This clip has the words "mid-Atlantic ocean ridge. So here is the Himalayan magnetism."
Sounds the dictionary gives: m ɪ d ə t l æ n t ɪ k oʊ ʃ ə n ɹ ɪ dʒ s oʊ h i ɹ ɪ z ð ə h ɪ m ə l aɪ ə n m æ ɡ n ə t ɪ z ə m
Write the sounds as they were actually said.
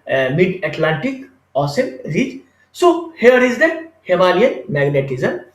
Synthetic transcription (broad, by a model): m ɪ d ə t l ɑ n t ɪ k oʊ s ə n ɹ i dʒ s oʊ h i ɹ ɪ z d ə h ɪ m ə l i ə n m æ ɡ n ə t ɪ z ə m